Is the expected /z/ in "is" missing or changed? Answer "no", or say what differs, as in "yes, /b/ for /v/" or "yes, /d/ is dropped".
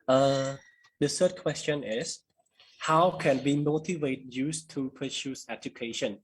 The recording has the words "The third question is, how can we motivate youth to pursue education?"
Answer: yes, /s/ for /z/